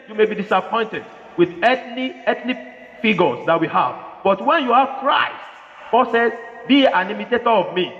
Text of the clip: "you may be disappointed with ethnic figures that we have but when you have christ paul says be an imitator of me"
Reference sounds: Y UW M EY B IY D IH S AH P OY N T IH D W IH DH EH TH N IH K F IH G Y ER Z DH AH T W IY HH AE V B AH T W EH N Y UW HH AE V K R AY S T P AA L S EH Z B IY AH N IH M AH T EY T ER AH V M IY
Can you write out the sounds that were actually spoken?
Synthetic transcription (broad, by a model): Y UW M EY B IY D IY S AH P OY N T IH D W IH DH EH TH L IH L F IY G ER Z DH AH T W IY HH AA V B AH T W EH N Y UW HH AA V K R AY S T B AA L S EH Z B IY AH N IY M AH T EY T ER AH V M IY